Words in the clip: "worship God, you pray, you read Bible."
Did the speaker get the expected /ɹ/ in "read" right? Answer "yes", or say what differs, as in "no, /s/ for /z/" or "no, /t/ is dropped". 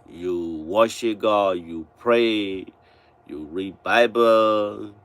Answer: yes